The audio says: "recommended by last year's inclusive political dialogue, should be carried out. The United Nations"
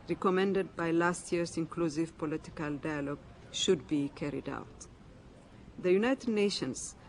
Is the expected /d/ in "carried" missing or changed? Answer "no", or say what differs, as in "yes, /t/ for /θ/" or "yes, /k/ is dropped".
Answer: no